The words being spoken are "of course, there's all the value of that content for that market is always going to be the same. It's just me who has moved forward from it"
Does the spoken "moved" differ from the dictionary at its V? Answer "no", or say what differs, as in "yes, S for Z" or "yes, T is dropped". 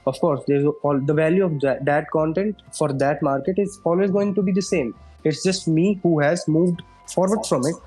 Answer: no